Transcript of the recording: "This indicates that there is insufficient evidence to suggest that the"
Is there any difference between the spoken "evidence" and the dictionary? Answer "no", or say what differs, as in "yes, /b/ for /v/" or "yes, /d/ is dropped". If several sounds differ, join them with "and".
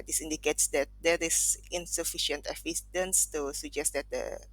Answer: yes, /f/ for /v/